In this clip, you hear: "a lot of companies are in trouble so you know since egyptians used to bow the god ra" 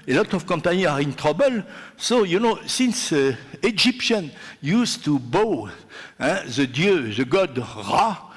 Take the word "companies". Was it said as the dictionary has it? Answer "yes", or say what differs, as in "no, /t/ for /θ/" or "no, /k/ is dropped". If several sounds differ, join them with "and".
no, /z/ is dropped